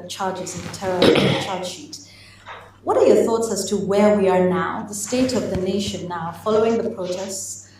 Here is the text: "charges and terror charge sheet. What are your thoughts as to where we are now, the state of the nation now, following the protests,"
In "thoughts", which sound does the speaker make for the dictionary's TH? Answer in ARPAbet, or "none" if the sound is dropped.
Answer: TH